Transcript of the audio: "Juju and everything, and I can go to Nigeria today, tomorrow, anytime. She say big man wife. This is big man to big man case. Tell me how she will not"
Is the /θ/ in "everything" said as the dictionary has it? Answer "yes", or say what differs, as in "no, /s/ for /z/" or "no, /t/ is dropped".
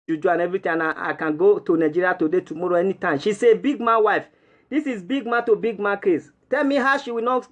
no, /t/ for /θ/